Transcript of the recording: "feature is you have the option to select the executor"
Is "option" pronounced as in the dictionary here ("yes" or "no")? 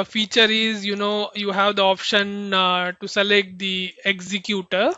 yes